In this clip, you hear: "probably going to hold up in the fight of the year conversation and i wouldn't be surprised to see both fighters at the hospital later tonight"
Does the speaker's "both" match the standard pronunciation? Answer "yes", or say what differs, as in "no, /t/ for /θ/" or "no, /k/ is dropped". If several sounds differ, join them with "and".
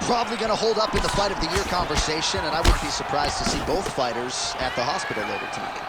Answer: yes